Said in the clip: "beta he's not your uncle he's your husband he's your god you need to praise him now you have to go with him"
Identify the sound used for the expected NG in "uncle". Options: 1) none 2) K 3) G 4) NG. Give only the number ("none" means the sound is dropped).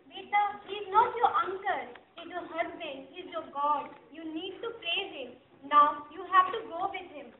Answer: 4